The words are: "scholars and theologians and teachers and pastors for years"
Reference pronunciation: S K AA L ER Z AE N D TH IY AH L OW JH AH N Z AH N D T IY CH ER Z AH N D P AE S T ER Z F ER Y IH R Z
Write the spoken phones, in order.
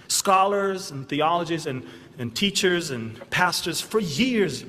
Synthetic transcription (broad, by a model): S K AA L ER Z N TH IY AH L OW JH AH Z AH N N T IY CH ER Z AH N P AE S T ER Z F ER Y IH R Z